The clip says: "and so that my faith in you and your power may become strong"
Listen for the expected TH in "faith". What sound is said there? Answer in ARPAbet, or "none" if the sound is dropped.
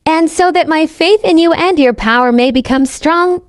TH